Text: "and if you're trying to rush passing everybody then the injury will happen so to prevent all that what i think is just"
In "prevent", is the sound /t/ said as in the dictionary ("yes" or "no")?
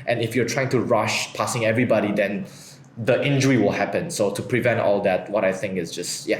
yes